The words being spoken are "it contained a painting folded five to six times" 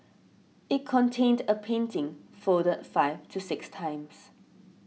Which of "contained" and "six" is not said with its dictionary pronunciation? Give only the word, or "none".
none